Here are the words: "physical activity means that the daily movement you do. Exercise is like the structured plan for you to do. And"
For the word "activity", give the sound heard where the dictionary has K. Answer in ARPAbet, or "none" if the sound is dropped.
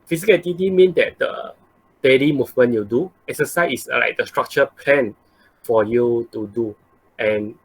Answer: none